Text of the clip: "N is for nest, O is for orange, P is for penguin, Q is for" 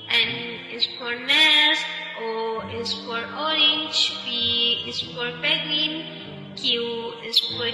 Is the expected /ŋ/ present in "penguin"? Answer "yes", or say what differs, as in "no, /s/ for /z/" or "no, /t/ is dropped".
no, /ŋ/ is dropped